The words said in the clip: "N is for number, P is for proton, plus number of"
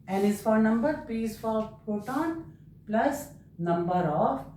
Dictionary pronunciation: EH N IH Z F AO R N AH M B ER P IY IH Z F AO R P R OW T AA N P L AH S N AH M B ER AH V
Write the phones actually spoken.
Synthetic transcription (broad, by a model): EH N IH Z F AO R N AH M B ER P IY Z F AO R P OW T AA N P L AH S N AH M B ER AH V